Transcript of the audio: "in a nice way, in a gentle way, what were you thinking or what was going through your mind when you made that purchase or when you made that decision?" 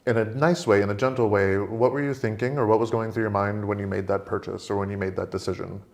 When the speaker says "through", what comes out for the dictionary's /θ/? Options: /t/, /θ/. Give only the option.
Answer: /θ/